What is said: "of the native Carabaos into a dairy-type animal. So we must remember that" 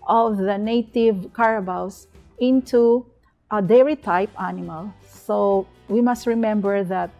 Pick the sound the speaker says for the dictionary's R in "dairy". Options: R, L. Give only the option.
R